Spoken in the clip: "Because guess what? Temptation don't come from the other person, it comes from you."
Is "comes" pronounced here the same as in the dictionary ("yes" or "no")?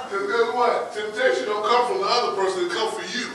no